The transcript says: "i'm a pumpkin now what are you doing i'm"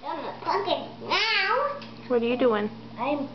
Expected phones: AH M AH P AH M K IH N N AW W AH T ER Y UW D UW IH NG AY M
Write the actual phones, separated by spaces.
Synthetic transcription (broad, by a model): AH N AH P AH K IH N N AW W AH T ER Y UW D UW IH NG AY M